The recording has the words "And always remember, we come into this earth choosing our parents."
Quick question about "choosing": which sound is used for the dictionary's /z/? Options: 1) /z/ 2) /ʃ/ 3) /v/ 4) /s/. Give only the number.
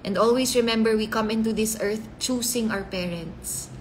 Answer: 4